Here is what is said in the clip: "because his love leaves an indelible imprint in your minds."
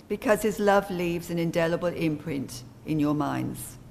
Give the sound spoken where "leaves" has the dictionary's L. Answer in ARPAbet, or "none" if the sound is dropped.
L